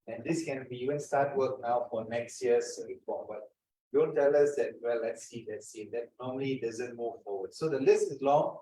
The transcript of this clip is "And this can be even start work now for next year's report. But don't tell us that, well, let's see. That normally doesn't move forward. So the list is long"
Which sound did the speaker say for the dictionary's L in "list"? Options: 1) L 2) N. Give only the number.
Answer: 1